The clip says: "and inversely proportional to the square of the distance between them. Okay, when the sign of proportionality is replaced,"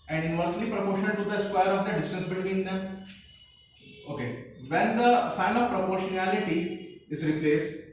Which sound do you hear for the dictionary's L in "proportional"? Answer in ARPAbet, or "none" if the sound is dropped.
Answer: N